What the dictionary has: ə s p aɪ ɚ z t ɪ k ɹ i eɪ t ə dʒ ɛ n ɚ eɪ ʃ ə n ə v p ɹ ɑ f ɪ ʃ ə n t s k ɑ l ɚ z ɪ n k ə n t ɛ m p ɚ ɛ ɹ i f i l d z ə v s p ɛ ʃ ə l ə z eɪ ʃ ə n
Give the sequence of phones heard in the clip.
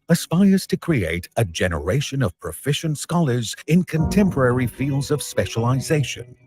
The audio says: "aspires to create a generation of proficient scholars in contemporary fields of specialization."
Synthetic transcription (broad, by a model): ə s p aɪ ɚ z t ɪ k ɹ i eɪ t ə dʒ ɛ n ɚ eɪ ʃ ə n ə v p ɹ ɑ f ɪ ʃ ə n t s k ɑ l ɚ z ɪ n k ə n t ɛ m p ɚ ɛ ɹ i f i l d z ə v s p ɛ ʃ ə l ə z eɪ ʃ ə n